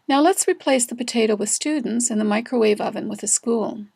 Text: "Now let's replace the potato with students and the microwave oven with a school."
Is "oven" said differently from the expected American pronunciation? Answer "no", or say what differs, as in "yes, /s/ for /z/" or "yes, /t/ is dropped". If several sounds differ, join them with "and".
no